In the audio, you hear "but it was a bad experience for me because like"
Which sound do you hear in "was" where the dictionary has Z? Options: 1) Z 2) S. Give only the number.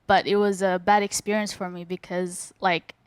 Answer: 1